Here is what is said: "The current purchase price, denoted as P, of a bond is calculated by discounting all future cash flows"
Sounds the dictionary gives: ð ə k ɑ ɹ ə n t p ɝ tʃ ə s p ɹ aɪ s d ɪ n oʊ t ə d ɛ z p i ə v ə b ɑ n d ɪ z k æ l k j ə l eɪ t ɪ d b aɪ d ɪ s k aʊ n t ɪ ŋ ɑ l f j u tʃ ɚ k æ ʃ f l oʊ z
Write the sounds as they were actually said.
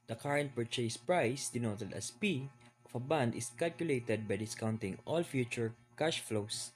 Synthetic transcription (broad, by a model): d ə k ɑ ɹ ə n t p ɝ tʃ ə s p ɹ aɪ s d ɪ n oʊ t ə d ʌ s p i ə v ə b ɑ n d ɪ s k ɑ l k j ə l eɪ t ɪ d b aɪ d ɪ s k aʊ n t ɪ ŋ ɑ l f j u tʃ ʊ k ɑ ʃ f l oʊ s